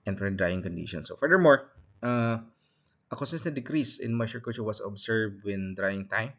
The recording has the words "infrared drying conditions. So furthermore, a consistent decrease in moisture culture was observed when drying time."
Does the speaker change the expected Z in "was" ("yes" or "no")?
yes